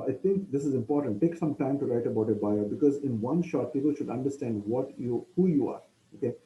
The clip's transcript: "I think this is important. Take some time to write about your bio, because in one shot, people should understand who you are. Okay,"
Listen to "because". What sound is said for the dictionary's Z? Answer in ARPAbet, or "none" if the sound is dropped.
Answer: Z